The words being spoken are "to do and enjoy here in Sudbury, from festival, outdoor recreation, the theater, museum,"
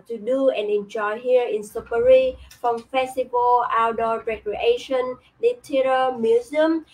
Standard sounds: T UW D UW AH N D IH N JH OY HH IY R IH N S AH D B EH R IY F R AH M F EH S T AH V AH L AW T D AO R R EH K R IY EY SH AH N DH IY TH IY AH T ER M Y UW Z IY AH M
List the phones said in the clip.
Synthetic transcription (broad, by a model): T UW D UW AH N IH N JH OY HH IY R IH N S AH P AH R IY F R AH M F EH S T AH V AH L AW D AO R R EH K R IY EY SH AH N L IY T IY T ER M Y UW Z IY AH M